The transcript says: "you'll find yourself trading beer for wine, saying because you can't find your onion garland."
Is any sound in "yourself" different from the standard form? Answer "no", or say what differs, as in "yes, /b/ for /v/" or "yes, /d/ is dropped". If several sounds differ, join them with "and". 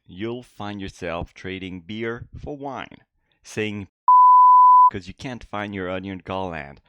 no